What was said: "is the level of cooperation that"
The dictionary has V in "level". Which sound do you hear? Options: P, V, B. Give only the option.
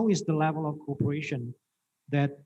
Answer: V